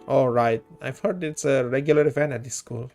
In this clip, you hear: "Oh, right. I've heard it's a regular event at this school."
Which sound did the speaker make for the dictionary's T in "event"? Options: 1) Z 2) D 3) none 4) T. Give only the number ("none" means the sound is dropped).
3